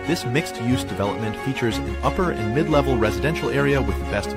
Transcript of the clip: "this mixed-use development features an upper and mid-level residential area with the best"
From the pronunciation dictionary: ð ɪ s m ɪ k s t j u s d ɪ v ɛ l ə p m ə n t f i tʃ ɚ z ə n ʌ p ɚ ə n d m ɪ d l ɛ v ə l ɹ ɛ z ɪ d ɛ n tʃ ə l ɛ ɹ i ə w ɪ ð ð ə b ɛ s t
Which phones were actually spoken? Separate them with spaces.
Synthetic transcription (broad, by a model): ð ɪ s m ɪ k s t j u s d ɪ v ɛ l ə p m ə n t f i tʃ ɚ z ə n ʌ p ɚ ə n m ɪ d l ɛ v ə l ɹ ɛ z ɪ d ɛ n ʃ l ɛ ɹ i ə w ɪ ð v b ɛ s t